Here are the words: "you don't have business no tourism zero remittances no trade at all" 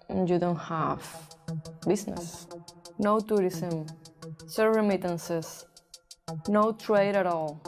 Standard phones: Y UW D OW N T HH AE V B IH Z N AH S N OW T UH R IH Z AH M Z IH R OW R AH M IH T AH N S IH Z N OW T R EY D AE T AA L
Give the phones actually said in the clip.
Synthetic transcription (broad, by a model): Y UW D OW N T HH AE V B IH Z N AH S N OW T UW R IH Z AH M S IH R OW R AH M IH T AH N S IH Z N OW T R EY D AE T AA L